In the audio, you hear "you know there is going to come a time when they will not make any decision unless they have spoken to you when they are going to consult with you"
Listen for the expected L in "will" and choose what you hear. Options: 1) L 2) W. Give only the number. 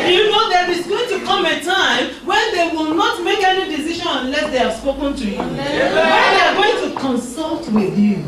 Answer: 1